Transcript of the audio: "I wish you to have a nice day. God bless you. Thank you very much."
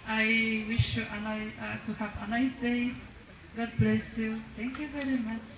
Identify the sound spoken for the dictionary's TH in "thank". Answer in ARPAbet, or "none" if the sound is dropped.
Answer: T